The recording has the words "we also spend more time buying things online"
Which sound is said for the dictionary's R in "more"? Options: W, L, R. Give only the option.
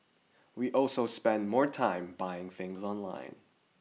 R